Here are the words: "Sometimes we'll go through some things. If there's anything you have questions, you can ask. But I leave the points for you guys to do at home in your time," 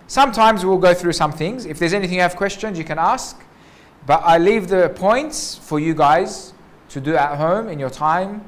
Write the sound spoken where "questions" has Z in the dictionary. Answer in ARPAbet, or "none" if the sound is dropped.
Z